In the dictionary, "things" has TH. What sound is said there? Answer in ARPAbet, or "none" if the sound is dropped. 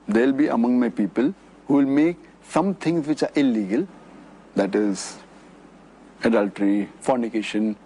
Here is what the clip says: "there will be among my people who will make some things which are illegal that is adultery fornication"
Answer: T